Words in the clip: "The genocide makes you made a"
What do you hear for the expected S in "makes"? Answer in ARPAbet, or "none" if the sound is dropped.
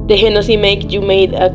none